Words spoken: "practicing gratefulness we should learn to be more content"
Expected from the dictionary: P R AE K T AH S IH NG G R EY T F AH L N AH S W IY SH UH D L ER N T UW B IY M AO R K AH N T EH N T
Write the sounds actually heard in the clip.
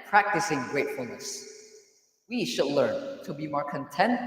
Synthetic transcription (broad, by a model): P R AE K T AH S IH NG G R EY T F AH L N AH S W IY SH UH D L ER N T UW B IY M AO R K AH N T EH N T